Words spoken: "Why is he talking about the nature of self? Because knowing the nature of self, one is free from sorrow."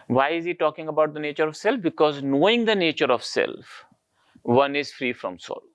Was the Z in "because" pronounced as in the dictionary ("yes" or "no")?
yes